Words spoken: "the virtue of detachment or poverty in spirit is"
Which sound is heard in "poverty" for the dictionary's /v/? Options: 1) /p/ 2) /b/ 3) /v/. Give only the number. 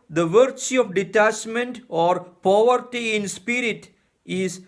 3